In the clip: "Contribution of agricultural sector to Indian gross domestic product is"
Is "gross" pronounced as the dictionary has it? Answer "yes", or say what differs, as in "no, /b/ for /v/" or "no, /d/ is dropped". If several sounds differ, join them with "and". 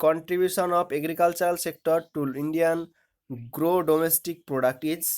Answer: no, /s/ is dropped